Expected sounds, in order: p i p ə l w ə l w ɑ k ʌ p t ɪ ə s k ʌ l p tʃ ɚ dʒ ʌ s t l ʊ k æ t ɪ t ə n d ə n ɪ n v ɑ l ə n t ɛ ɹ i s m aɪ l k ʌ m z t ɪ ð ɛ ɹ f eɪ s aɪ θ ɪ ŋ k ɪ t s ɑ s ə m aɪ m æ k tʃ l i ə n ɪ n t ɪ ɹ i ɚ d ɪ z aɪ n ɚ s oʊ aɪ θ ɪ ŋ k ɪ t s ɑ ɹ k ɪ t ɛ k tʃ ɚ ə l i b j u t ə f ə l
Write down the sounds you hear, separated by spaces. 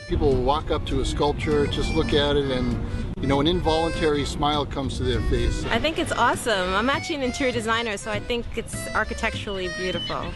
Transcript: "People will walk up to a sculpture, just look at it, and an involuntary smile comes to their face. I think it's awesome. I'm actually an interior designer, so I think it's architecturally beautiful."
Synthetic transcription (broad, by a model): p i p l l w ɑ k ʌ p t ɪ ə s k ʌ l p tʃ ɚ dʒ ʌ s t l ʊ k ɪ t ɪ t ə n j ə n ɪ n v ɑ l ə n t ɛ ɹ i s m aɪ l k ʌ m z t ɪ ð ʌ ɹ f eɪ s aɪ θ ɪ ŋ k ɪ t s ɑ s ə m aɪ m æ tʃ i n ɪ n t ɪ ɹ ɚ d ɪ z aɪ n ɚ s oʊ aɪ θ ɪ ŋ k ɪ t s ɑ ɹ k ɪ t ɛ k tʃ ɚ l i b j u t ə f l